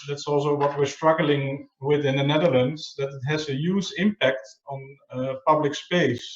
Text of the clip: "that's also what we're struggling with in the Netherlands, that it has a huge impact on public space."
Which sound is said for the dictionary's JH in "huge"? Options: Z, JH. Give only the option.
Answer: Z